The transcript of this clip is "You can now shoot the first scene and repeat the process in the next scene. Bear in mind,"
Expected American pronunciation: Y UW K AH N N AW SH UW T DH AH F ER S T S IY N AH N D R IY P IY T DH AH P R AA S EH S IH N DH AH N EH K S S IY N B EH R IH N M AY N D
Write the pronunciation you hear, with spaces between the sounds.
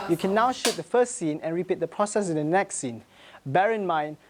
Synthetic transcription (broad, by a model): Y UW K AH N N AW SH UW T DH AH F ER S T S IY N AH N R IY P IY T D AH P R AA S EH S IH N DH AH N EH K S S IY N B EH R IH N M AY N